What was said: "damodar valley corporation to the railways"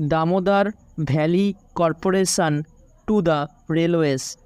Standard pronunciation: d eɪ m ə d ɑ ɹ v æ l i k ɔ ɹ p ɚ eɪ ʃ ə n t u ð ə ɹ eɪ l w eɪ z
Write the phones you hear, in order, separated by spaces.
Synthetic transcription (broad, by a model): d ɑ m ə d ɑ ɹ b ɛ l i k ɔ ɹ p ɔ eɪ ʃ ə n t u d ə ɹ eɪ l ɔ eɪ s